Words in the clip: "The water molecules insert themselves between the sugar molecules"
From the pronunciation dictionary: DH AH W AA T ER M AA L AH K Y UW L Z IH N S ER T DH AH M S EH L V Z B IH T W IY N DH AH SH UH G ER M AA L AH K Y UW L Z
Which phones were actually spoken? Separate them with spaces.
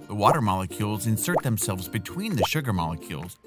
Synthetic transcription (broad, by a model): DH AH W AA T ER M AA L AH K Y UW L Z IH N S ER T DH AH M S EH L V Z B IH T W IY N DH AH SH UH G ER M AA L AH K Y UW L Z